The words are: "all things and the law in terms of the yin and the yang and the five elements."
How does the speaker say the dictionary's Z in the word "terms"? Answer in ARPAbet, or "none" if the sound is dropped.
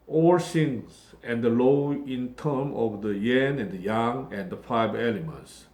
none